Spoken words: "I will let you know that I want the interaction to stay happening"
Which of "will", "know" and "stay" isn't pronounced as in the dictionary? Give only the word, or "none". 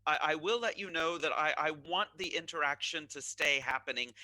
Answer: will